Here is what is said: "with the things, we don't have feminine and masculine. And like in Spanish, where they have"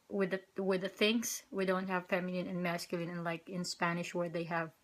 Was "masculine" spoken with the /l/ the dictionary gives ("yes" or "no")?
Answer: yes